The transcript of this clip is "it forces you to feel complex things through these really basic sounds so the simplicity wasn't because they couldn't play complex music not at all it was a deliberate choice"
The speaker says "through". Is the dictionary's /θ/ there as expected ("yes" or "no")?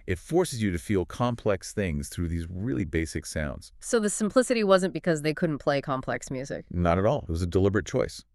yes